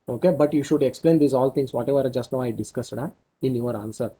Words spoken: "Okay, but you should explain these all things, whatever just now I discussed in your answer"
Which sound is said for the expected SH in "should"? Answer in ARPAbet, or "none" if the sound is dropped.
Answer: SH